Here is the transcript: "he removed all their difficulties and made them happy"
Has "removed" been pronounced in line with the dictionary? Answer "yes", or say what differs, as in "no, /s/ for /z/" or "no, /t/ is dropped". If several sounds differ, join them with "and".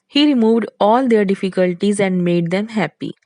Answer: yes